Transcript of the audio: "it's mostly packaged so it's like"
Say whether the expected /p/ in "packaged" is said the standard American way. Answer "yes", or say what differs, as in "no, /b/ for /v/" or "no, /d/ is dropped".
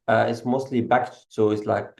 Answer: no, /b/ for /p/